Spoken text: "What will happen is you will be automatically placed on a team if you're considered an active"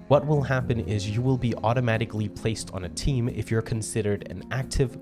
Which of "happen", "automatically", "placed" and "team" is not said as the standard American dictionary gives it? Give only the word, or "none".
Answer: none